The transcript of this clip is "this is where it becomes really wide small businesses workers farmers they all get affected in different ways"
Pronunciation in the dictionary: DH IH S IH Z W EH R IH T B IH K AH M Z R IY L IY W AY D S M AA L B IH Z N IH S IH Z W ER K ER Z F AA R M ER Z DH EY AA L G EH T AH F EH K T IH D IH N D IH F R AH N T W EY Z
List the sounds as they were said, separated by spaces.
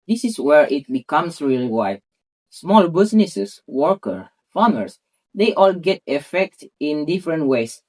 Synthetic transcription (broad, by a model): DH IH S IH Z W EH R IH T B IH K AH M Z R IY L IY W AY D S M AA L B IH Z N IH S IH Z W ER K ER F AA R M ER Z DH EY AA L G EH T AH F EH K T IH IH N D IH F R AH N T W EY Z